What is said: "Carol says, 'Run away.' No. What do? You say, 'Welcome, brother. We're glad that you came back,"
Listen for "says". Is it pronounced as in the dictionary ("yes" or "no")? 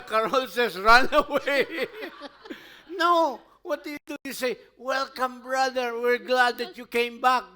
no